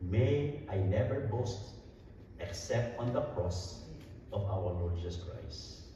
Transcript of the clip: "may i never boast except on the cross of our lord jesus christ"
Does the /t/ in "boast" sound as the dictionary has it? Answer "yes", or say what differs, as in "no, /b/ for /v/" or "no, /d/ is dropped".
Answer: yes